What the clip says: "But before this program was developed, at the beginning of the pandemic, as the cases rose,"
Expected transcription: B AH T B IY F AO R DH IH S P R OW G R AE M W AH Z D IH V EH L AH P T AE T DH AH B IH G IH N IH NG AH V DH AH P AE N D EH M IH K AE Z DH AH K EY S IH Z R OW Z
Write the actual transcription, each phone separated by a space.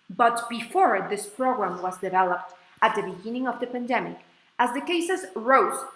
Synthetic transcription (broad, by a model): B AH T B IY F AO R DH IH S P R OW G R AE M W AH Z D IH V EH L AH P T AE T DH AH B IH G IH N IH NG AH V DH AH P AE N D EH M IH K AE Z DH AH K EY S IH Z R OW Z